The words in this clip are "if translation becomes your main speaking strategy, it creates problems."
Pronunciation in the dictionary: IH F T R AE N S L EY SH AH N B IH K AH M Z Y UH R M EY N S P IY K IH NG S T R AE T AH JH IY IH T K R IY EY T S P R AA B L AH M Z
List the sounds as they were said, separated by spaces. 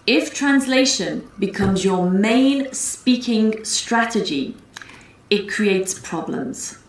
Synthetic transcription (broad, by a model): IH F T R AE N S L EY SH AH N B IH K AH M Z Y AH M EY N S P IY K IH NG S T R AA T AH JH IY IH T K R IY EY T S P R AA B L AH M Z